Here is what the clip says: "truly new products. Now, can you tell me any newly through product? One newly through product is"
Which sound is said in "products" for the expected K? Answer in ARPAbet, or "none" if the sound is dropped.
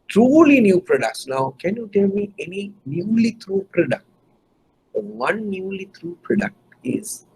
K